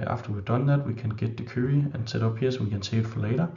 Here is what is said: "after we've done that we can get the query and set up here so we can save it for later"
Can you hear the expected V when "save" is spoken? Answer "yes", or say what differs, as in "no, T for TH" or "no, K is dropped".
no, V is dropped